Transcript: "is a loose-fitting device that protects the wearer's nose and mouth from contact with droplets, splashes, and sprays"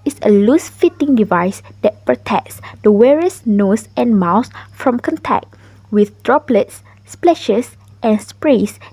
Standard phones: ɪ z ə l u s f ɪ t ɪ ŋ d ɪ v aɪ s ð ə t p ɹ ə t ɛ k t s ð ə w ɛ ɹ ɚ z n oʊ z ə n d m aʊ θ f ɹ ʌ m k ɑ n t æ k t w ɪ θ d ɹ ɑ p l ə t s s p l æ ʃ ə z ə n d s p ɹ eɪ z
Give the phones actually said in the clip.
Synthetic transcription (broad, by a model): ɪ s ə l u s f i t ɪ ŋ d ɪ v aɪ s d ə t p ɹ ə t ɛ k t s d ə w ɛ ɹ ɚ s n oʊ s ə n m aʊ s f ɹ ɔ m k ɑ n t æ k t w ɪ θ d ɹ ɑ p l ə t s s p l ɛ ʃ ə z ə n s p ɹ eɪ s